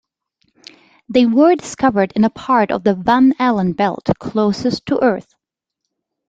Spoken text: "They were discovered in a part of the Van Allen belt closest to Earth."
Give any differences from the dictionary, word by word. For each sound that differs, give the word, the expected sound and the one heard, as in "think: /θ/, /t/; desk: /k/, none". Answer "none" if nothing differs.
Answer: none